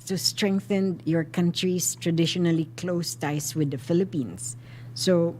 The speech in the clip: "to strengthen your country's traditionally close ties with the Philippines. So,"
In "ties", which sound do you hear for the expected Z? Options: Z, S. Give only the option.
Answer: S